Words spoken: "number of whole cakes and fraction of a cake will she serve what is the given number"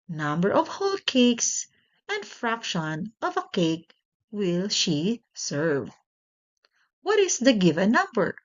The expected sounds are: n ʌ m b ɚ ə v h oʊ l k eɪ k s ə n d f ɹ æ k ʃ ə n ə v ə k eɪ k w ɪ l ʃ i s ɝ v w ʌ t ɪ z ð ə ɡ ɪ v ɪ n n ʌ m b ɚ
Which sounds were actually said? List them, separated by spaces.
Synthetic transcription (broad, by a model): n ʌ m b ɚ ə v h oʊ l k eɪ k s ə n d f ɹ æ k ʃ ə n ə v ə k eɪ k w ɪ l ʃ i s ɝ v w ʌ t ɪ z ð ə ɡ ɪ v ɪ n n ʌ m b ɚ